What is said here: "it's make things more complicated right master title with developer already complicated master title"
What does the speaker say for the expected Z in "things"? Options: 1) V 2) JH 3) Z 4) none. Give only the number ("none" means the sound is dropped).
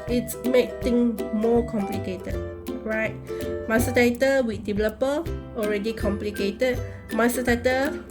4